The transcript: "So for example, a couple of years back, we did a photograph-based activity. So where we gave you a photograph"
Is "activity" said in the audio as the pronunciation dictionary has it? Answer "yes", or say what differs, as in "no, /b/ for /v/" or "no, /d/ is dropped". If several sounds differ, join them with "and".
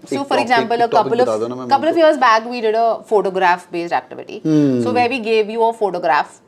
yes